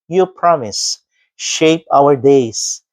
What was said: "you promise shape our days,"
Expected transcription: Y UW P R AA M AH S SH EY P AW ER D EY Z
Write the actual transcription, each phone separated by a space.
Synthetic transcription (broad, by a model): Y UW P R AA M AH S SH EY P AW ER D EY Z